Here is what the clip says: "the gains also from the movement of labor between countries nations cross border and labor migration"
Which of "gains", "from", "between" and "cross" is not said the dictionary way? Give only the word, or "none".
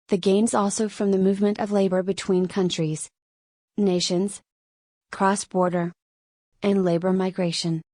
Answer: none